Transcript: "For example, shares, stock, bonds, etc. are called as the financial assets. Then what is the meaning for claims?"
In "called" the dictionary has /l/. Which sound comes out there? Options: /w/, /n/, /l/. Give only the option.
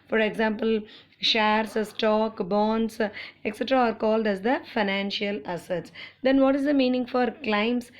/l/